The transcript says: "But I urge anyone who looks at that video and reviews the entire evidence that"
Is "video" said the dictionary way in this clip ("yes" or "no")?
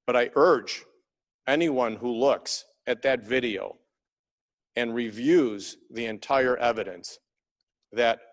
yes